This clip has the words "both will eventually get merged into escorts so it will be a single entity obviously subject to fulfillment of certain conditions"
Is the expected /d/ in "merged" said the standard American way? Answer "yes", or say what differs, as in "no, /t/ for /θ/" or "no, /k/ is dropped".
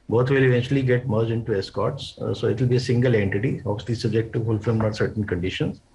no, /d/ is dropped